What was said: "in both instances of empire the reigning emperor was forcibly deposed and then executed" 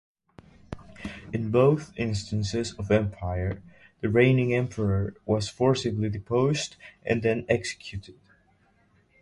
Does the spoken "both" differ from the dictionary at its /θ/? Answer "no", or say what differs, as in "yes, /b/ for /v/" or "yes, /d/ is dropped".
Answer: no